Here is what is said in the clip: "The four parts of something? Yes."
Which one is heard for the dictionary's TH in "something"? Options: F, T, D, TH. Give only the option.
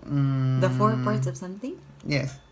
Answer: T